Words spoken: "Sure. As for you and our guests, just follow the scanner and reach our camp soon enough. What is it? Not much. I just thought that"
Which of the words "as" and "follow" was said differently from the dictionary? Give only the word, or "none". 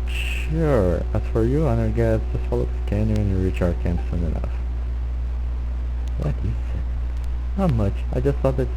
as